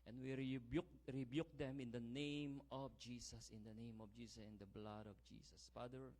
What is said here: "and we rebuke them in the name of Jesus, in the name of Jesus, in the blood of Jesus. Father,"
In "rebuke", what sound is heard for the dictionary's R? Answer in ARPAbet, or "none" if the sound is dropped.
R